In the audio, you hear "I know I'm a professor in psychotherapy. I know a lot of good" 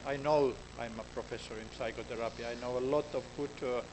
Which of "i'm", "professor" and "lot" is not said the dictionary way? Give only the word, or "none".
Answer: none